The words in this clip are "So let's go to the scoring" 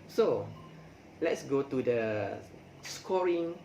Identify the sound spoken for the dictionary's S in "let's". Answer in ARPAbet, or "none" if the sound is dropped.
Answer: S